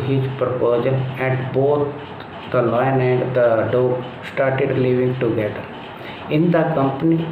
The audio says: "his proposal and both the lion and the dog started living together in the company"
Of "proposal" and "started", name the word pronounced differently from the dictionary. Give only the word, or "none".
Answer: proposal